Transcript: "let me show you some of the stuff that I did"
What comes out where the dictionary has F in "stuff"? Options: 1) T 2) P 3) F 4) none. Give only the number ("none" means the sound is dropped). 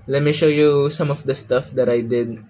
3